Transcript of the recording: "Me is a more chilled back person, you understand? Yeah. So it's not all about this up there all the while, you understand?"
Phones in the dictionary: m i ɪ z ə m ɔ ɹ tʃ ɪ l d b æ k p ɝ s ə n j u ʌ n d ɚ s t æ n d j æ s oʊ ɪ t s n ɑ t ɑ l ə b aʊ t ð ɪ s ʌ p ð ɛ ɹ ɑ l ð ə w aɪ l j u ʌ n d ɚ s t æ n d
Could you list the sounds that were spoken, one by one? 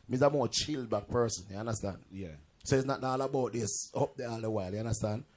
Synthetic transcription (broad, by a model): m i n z ə m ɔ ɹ tʃ ɪ l d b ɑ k p ɝ s ə n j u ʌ n d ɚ s t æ n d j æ s oʊ ɪ t s n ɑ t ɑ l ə b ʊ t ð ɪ s ʌ p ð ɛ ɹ ɑ l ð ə w aɪ l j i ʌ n d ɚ s t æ n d